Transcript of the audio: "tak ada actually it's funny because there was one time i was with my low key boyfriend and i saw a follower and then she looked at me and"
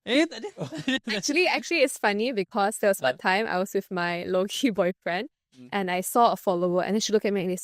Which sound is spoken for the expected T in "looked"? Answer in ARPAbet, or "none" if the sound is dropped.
none